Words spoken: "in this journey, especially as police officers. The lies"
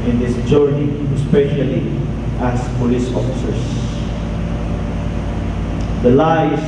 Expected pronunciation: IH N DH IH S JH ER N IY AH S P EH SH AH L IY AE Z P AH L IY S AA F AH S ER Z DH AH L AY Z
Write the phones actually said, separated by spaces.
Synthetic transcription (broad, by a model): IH N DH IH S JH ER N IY AH S P EH SH AH L IY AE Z P AH L IY S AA F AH S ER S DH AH L AY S